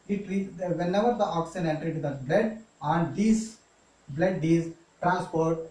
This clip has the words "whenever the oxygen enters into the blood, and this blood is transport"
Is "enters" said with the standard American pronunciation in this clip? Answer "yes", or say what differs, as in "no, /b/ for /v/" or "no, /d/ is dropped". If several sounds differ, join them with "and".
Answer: no, /z/ is dropped